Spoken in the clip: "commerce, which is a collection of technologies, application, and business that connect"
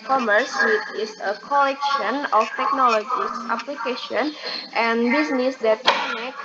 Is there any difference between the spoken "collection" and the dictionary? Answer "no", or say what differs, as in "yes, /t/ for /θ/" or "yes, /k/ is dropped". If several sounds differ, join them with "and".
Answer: no